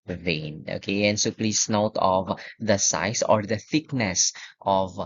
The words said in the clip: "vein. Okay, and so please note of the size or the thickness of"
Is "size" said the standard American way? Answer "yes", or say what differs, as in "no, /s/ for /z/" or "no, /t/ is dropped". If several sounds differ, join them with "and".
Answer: no, /s/ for /z/